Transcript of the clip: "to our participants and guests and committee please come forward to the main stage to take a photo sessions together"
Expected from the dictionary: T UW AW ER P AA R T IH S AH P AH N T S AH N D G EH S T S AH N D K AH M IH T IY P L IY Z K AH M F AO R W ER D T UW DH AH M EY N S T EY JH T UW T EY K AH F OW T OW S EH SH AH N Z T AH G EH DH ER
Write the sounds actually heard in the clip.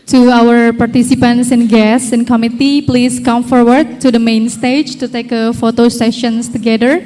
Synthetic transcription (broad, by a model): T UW AW ER P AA R T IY S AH P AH N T S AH N G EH S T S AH N K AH M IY T IY P L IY S K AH M F AO R W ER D T UW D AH M EY N S T EY JH T UW T EY K AH F OW T OW S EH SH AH N S T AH G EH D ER